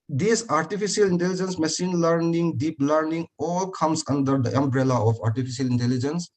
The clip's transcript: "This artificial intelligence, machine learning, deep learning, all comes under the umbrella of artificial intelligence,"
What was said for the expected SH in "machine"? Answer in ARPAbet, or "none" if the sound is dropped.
S